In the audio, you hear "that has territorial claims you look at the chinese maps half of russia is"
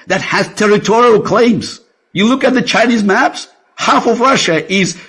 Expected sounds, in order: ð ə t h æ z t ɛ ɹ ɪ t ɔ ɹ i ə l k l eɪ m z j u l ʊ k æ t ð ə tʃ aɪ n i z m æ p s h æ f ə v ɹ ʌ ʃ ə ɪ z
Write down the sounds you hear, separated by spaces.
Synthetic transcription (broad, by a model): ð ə t h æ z t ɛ ɹ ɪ t ɔ ɹ i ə l k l eɪ m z j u l ʊ k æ t ð ə tʃ aɪ n i z m æ p s h æ f ə v ɹ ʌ ʃ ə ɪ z